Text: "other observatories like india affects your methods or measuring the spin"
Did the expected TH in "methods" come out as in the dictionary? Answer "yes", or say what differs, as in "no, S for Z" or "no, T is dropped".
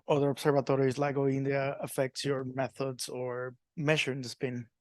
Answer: yes